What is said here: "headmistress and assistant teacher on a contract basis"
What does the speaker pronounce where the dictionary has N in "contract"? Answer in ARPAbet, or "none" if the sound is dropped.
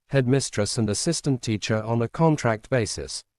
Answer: N